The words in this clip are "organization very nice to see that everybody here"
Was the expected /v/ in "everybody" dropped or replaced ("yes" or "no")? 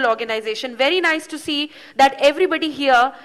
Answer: no